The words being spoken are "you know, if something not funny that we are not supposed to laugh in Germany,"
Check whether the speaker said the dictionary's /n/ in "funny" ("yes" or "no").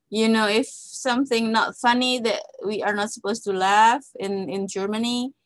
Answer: yes